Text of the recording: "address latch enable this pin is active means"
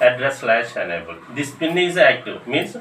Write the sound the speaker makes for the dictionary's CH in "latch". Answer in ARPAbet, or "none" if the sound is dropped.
SH